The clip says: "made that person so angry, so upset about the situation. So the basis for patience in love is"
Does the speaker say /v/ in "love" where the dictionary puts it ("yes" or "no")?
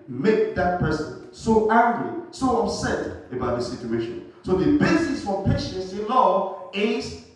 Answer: no